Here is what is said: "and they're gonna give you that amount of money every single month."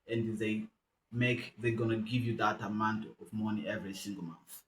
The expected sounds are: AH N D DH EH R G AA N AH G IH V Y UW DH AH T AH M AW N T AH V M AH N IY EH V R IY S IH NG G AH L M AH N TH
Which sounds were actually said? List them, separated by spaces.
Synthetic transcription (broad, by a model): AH N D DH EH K G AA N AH G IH V Y UW DH AH T AH M AW N T AH V M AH N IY EH V R IY S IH NG G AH L M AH N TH